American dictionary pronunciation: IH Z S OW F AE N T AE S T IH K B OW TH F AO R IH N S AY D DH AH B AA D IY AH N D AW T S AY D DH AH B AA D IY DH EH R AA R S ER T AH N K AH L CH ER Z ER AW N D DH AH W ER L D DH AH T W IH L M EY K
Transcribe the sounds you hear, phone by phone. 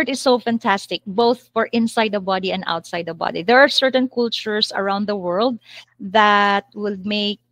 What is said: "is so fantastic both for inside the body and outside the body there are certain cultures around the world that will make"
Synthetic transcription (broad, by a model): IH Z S OW F AE N T AE S T IH K B OW TH F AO R IH N S AY D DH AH B AA D IY AH N D AW T S AY D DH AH B AA D IY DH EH R AA R S ER T AH N K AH L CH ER S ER AW N D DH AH W ER L D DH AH T W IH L M EY K